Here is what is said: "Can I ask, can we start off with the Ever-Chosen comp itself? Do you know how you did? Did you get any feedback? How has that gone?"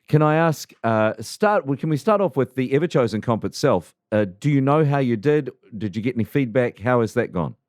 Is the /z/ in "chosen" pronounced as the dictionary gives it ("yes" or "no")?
yes